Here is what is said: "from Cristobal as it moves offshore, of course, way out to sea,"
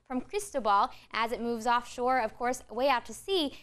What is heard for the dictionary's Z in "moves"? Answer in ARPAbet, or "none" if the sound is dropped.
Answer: Z